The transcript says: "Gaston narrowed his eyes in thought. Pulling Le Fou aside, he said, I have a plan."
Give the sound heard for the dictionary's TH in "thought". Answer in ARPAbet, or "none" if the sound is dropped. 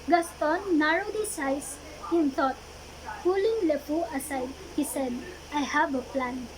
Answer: T